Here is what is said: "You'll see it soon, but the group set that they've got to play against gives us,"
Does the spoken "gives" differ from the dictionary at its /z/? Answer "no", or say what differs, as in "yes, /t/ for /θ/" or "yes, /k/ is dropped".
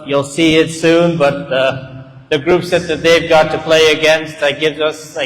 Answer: no